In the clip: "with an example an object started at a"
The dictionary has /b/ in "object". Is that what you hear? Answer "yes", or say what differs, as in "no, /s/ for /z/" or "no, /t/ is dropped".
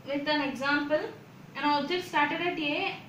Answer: no, /b/ is dropped